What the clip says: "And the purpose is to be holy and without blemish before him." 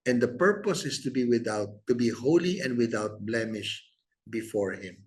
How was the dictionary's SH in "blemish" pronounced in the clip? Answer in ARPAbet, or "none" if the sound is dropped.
SH